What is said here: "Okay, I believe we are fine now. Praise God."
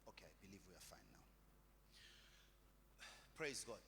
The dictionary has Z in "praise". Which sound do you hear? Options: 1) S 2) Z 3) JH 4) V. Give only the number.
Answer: 2